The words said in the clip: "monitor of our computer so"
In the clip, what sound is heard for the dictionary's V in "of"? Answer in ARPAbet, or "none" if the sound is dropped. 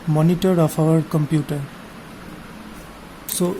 P